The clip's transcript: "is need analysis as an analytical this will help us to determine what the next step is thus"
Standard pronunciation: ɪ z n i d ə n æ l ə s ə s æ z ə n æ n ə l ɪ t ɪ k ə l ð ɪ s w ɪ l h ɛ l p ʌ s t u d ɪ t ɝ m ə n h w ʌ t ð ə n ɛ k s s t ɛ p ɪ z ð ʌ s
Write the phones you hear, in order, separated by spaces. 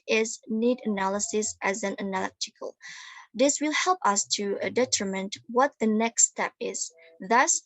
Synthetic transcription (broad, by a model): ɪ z n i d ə n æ l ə s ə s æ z ə n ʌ n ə l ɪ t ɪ k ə l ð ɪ s w ɪ l h ɛ l p ʌ s t u d ɪ t ɝ m ə n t w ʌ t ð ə n ɛ k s s t ɛ p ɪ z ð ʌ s